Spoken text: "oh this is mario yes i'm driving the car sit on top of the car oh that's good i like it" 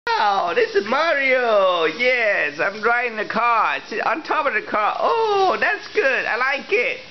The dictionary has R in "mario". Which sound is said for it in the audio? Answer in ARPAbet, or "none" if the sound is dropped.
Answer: R